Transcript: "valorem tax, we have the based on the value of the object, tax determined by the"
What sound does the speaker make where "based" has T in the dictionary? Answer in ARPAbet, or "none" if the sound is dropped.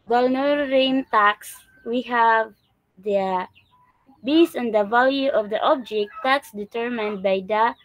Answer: none